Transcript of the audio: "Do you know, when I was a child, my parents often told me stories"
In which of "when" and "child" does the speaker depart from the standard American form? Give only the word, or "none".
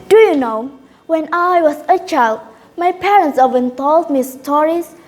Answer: none